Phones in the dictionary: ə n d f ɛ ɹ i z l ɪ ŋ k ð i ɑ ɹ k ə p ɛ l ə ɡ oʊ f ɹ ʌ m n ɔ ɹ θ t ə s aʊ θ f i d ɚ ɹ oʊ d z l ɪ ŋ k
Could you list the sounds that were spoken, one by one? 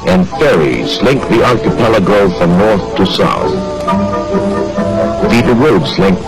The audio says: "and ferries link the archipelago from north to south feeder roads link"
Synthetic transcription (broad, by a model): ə n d f ɛ ɹ i z l ɪ ŋ k ð i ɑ l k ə p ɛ l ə ɡ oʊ f ɹ ʌ m n ɔ ɹ θ t ə s aʊ θ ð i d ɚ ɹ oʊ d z l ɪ ŋ k